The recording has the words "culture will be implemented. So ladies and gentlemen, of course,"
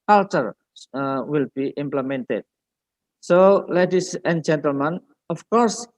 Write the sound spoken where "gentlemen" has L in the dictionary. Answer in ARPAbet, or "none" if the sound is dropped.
L